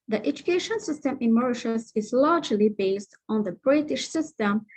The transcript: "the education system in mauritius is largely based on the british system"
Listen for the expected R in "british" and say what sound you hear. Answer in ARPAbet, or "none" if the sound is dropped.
R